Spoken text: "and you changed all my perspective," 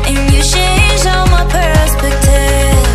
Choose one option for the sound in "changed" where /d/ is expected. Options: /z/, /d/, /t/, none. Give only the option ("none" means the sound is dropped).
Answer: none